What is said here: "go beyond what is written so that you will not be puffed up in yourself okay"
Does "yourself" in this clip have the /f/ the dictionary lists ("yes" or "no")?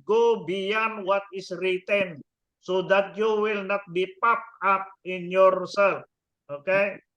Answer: no